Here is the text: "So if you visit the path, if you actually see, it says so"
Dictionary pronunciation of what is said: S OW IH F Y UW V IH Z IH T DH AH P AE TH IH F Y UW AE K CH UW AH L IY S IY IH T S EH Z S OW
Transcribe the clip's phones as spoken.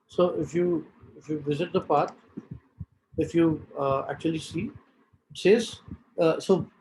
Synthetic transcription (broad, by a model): S OW IH F Y UW V IH Z IH T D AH P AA T IH F Y UW AE K CH UW AH L IY S IY IH T S EH Z S OW